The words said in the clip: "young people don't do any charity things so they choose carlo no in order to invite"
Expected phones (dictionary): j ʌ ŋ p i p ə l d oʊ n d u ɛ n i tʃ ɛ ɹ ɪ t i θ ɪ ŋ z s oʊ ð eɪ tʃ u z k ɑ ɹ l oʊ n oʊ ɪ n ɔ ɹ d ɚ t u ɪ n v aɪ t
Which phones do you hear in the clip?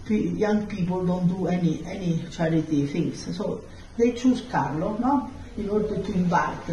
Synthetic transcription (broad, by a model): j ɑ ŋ p i p ə l d oʊ n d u ɛ n i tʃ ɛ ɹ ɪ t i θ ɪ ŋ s s oʊ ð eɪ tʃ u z k ɑ ɹ l oʊ n oʊ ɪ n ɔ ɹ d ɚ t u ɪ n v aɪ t